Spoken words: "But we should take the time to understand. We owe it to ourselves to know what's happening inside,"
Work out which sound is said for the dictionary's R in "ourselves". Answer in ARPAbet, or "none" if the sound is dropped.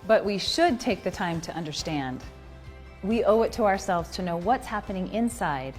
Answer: R